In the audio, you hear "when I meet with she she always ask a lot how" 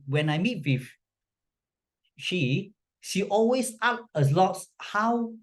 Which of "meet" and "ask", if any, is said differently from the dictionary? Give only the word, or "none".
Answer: ask